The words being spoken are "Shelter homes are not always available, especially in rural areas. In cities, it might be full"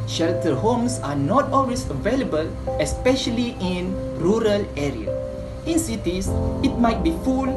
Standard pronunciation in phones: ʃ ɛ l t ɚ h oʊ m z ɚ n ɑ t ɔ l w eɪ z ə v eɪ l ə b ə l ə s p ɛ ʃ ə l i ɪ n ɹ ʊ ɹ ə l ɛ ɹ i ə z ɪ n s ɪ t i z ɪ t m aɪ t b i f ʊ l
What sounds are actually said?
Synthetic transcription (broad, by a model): ʃ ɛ l t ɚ h oʊ m s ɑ n ɑ t ɔ l w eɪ s ə v eɪ l ə b ə l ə s p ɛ ʃ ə l i ɪ n ɹ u ɹ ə l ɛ ɹ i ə ɪ n s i t i s ɪ t m aɪ t b i f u l